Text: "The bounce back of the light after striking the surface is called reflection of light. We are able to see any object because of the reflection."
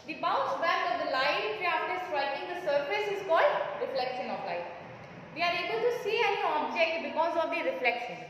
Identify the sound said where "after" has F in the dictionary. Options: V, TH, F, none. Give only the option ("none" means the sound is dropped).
none